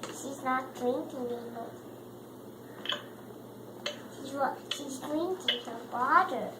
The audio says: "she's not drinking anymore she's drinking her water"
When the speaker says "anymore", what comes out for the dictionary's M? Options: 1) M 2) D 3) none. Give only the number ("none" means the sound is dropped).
3